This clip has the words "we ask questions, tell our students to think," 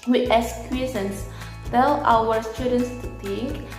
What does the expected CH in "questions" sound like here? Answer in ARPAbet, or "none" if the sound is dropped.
none